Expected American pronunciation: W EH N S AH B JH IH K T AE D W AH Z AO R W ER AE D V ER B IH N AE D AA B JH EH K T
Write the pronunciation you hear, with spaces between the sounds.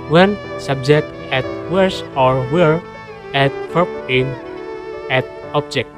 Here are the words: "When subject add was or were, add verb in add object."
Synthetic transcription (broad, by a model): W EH N S AH B JH IH K T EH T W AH S AO R W ER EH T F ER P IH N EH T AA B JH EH K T